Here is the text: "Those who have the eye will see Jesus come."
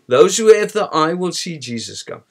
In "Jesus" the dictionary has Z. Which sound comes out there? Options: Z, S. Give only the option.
Z